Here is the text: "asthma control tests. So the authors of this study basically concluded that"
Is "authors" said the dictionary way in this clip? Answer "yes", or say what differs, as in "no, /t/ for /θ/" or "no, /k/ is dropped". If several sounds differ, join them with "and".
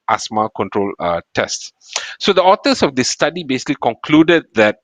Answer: no, /t/ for /θ/